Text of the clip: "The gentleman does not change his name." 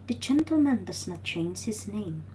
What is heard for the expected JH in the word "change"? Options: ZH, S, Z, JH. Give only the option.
Z